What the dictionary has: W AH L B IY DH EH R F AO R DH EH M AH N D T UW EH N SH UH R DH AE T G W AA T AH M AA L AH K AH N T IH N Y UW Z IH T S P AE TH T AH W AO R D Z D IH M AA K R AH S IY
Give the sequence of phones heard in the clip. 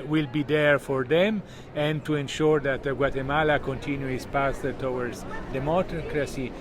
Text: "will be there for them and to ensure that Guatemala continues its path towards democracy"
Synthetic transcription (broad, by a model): W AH L B IY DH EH R F AO R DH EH M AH N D T UW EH N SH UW R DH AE T G W AA T AH M AA L AH K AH N T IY N Y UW IH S P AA S T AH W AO R D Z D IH M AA K R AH S IY